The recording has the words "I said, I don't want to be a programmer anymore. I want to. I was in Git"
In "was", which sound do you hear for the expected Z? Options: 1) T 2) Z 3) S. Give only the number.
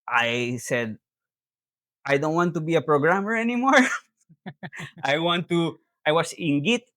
3